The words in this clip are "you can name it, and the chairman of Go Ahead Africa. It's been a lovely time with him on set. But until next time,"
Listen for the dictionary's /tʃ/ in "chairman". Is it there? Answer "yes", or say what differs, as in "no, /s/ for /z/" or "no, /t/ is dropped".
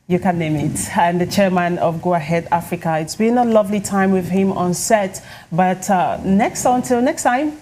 yes